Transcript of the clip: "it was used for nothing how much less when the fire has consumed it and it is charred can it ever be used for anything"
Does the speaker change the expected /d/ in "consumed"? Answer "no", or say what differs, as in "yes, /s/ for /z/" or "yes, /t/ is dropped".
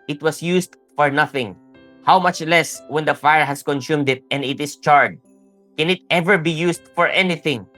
no